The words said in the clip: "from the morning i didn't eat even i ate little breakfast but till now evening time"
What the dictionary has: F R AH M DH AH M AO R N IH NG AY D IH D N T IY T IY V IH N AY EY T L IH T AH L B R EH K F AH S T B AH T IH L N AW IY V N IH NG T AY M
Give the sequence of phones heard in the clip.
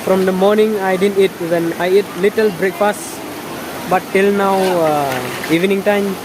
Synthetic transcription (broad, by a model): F R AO M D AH M AO R N IH NG AY D IH D N T IY T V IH N AY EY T L IH T AH L B R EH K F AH S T B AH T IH L N AW IY V N IH NG T AY M